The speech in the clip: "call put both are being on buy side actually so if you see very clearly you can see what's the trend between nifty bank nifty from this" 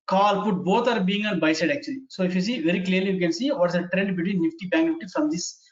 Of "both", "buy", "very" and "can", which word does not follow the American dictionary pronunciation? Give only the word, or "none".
both